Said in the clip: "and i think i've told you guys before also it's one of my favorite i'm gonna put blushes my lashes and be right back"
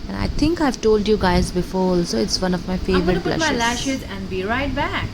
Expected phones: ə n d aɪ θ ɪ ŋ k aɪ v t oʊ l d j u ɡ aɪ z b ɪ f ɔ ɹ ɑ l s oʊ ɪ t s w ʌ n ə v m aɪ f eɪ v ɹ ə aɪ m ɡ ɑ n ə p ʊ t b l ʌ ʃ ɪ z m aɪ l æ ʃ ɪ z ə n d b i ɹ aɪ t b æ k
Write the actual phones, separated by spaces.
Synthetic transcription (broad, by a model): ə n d aɪ t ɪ ŋ k aɪ v t oʊ l d j u ɡ aɪ z b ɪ f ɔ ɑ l s oʊ ɪ t s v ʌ n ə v m aɪ f eɪ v ɹ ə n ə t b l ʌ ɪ m aɪ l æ ʃ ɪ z ə n d b i ɹ aɪ t b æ k